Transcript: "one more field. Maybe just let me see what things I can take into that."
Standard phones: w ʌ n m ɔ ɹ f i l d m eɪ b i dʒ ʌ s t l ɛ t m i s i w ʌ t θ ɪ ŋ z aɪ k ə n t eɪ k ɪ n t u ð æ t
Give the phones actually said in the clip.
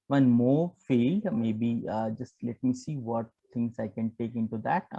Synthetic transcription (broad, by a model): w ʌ n m ɔ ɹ f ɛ l d m eɪ b i dʒ ʌ s t l ɛ t m i s i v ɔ t t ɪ ŋ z aɪ k ə n t eɪ k ɪ n t u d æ t